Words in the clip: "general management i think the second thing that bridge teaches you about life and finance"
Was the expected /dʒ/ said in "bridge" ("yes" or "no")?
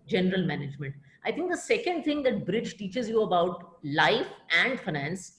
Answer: yes